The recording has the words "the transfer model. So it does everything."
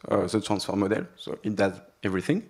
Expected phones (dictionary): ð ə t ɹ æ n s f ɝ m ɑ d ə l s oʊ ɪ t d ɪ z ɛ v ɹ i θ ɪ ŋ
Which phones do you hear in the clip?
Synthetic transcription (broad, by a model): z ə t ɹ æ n s f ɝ m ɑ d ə l s oʊ ɪ t d ɪ z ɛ v ɹ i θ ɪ ŋ